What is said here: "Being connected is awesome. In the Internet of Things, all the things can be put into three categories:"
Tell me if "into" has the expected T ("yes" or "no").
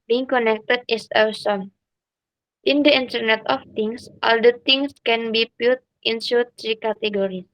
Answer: no